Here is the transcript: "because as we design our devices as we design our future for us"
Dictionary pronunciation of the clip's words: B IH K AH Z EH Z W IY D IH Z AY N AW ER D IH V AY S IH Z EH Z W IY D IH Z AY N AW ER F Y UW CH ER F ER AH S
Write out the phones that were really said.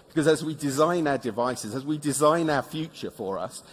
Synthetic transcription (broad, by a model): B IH K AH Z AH Z W IY D IH Z AY N AW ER D IH V AY S IH Z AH Z W IY D IH Z AY N AW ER F Y UW CH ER F ER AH S